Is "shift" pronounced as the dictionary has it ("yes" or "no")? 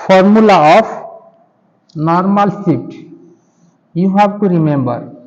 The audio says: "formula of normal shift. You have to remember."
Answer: no